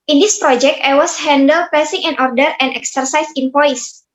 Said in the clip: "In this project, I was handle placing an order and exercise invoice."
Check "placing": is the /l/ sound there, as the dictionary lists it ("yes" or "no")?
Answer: no